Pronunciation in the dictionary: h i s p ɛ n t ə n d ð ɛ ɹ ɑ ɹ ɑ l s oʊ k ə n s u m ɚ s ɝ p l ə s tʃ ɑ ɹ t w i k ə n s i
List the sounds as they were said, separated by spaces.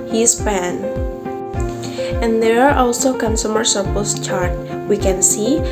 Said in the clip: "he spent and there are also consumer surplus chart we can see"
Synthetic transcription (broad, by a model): h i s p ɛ n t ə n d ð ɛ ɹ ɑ ɹ ɑ l s oʊ k ə n s u m ɚ s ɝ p ə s tʃ ɑ ɹ t w i k ə n s i